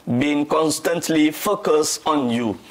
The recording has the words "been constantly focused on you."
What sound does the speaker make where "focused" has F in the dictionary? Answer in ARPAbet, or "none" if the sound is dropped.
F